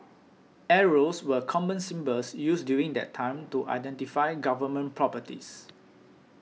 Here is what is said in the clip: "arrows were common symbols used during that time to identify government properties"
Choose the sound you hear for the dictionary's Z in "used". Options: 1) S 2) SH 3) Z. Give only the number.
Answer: 1